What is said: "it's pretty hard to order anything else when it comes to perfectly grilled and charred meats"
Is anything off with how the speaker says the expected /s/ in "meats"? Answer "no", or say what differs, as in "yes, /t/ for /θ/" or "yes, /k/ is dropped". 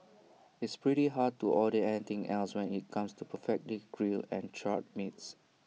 no